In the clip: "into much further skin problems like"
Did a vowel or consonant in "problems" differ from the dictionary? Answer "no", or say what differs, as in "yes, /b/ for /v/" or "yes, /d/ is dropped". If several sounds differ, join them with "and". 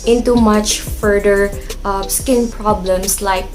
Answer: yes, /s/ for /z/